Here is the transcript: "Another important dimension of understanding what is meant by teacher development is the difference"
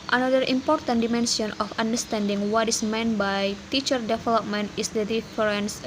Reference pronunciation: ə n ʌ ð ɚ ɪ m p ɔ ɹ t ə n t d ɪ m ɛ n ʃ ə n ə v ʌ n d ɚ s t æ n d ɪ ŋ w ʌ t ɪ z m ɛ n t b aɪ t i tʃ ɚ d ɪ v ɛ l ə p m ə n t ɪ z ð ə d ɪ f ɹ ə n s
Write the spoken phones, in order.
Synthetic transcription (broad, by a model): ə n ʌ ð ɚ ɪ m p ɔ ɹ t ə n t d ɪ m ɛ n s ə n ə f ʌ n d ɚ s t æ n d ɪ ŋ w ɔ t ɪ s m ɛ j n b aɪ t i tʃ ɚ d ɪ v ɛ l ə p m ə n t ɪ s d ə d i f ɹ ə n s